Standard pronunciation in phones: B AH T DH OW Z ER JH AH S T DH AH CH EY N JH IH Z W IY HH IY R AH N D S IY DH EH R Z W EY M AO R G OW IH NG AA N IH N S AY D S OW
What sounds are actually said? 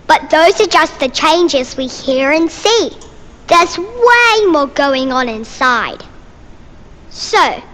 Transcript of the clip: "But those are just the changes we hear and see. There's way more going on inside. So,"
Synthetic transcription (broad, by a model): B AH T DH OW Z ER JH AH S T DH AH CH EY N JH IH Z W IY HH IY R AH N S IY DH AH R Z W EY M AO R G OW IH NG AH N IH N S AY D S OW